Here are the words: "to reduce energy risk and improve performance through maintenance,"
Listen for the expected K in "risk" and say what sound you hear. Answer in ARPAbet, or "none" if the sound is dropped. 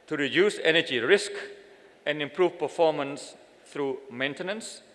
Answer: K